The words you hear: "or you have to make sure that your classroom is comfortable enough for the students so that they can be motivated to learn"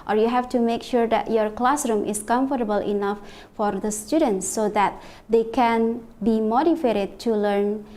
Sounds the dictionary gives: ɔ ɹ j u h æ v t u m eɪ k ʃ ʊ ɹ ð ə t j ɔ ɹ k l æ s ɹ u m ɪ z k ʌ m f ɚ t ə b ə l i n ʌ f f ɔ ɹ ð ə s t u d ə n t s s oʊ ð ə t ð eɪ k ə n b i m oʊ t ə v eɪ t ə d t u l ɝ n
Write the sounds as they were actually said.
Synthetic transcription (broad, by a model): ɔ ɹ j u h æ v t u m eɪ k ʃ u ɹ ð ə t j ɔ ɹ k l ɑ s ɹ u m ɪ s k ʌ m f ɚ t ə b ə l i n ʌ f f ɔ ɹ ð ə s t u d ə n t s s oʊ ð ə t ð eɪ k ə n b i m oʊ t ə f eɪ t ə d t u l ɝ n